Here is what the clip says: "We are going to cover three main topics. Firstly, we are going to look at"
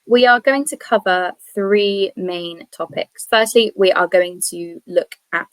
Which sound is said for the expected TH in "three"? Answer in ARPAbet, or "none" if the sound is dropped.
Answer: TH